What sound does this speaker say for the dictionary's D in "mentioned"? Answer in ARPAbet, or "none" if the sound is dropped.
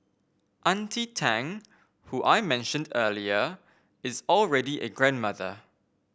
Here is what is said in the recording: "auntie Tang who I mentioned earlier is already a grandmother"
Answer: D